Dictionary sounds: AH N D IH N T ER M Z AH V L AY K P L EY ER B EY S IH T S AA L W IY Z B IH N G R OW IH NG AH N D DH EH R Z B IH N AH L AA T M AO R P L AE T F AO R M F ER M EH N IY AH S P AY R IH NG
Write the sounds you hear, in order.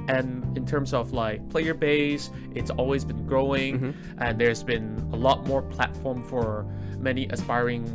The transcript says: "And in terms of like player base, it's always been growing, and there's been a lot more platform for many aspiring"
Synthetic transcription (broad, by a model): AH N IH N T ER M Z AH V L AY K P L EY ER B EY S IH T S AA L W IY Z B IH N G R OW IH NG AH N DH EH R Z B IH N AH L AA T M AO R P L AE T F AO R M F ER M EH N IY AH S P AY R IH NG